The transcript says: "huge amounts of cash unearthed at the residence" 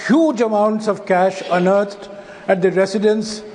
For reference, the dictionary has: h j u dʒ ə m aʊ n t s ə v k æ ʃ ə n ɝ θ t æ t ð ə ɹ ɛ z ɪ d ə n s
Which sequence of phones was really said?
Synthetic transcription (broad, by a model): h j u dʒ ə m aʊ n t s ə v k æ ʃ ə n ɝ t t æ t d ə ɹ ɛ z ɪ d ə n s